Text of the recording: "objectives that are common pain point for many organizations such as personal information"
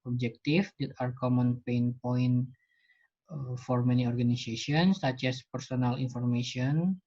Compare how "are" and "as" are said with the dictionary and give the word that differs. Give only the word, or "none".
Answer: as